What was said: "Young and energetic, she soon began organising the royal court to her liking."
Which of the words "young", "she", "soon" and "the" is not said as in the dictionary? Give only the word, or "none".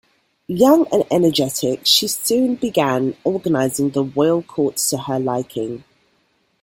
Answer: none